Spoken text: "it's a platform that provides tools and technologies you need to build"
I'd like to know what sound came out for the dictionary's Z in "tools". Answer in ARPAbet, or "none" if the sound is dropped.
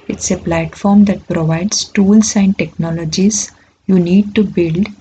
S